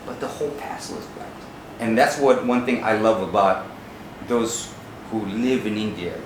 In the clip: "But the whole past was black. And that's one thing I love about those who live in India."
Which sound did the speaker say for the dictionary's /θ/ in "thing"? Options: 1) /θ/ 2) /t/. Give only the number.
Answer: 1